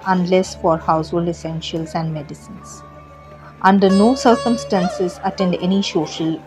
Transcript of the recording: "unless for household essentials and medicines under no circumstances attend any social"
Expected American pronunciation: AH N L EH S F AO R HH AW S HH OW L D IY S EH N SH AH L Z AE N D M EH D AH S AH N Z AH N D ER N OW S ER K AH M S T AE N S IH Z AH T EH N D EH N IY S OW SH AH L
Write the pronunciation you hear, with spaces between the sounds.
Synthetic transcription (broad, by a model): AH N L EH S F AO R HH AW S HH OW L D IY S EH N SH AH L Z AE N D M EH D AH S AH N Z AH N D ER N OW S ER K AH M S T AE N S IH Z AH T EH N D EH N IY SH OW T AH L